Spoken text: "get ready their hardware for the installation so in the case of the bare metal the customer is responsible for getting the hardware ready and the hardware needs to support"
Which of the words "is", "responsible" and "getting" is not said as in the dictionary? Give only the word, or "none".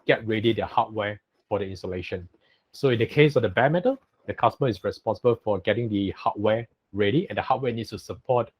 is